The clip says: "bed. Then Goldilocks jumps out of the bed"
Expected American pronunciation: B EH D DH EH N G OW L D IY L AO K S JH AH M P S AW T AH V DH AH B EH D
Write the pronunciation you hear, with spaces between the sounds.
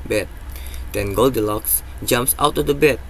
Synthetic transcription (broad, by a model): B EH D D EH N G OW L D IY L AO K S JH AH M P S AW T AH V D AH B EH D